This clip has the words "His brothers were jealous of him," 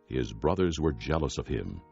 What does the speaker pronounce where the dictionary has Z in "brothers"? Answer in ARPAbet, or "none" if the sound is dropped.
Z